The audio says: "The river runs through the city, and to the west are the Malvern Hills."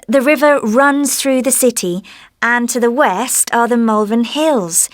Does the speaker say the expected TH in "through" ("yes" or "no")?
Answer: yes